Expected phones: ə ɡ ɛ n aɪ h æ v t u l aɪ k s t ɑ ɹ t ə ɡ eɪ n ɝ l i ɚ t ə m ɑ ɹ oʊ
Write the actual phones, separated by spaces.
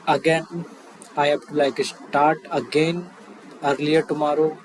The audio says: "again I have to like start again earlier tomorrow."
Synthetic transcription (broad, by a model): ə ɡ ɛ n aɪ h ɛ b t u l aɪ k s t ɑ ɹ t ə ɡ eɪ n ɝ l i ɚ t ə m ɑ ɹ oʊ